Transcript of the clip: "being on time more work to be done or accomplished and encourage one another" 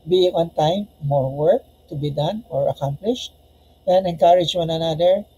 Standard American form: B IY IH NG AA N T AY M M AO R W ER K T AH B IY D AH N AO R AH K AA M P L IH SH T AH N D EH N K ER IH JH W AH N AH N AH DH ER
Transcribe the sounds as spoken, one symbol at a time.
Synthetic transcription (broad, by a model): B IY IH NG AA N T AY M M AO R W ER K T AH B IY D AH N AO R AH K AA M P L IH SH T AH N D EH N K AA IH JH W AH N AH N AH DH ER